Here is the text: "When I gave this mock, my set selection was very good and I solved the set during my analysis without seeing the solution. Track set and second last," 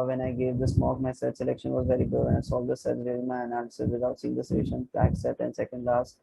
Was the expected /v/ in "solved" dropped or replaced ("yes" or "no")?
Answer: yes